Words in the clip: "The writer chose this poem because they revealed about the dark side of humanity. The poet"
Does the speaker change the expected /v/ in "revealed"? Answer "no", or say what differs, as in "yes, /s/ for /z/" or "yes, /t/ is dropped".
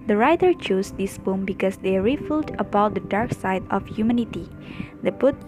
yes, /f/ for /v/